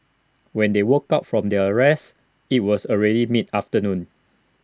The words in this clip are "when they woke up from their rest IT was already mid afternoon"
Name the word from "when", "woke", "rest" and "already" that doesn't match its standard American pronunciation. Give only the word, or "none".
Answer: rest